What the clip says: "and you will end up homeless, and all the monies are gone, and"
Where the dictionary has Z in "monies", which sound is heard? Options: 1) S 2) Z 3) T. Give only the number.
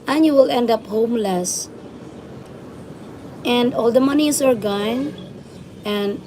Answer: 1